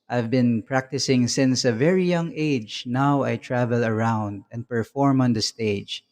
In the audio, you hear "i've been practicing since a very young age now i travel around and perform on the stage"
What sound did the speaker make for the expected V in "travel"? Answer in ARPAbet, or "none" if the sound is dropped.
V